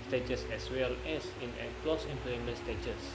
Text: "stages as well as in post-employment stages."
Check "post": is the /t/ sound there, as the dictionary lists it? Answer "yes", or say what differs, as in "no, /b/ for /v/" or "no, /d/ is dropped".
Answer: no, /t/ is dropped